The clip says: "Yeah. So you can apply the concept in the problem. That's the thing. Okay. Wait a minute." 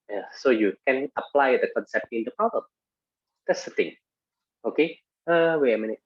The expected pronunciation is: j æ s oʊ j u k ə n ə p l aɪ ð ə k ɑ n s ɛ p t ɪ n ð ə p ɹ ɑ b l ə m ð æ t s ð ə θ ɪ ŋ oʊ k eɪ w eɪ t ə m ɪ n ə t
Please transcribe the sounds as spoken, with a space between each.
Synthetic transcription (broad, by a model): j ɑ s oʊ j u k ə n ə p l aɪ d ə k ɑ n s ɛ p t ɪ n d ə p ɹ ɑ b l ə m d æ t s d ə t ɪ ŋ oʊ k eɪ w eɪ ə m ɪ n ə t